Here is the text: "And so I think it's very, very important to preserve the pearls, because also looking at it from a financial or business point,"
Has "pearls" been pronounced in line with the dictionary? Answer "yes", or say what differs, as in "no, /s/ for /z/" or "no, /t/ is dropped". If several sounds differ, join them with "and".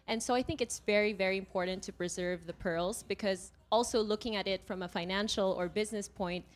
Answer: yes